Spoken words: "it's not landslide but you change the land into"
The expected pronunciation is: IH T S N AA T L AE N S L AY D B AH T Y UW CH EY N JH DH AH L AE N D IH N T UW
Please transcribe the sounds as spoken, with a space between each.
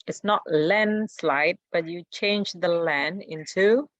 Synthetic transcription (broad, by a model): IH T S N AA T L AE N S L AY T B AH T Y UW CH EY N JH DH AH L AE N IH N T UW